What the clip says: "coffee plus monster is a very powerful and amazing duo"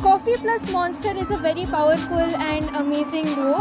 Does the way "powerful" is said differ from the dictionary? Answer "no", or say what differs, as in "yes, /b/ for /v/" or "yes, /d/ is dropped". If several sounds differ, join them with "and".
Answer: no